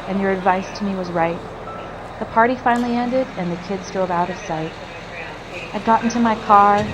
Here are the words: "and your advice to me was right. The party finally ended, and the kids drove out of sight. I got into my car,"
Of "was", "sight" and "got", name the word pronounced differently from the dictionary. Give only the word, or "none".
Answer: none